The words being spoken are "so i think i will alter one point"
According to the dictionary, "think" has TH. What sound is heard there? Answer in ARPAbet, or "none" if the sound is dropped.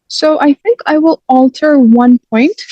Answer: TH